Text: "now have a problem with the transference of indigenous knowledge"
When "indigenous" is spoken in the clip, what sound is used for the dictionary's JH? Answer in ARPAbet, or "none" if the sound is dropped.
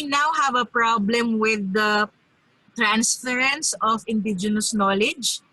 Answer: JH